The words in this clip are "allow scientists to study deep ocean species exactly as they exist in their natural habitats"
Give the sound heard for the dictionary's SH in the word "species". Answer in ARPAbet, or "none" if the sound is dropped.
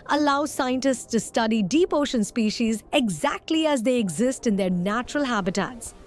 SH